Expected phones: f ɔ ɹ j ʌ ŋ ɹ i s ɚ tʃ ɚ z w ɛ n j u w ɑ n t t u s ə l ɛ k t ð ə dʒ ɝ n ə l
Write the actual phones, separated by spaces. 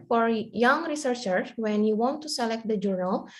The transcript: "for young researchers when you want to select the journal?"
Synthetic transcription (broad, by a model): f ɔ ɹ j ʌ ŋ ɹ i s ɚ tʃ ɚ w ɛ n j u w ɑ n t t u s ə l ɛ k t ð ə dʒ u n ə l